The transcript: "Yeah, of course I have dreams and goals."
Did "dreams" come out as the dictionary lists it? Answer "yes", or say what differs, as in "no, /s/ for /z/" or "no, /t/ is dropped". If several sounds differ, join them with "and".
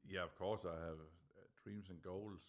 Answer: no, /s/ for /z/